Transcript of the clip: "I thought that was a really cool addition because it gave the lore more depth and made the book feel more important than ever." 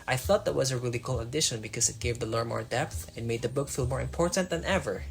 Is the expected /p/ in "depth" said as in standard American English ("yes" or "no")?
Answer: yes